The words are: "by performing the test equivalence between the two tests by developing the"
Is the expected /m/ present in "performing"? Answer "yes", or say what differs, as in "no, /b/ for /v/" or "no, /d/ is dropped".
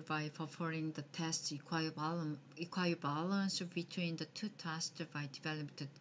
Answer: no, /m/ is dropped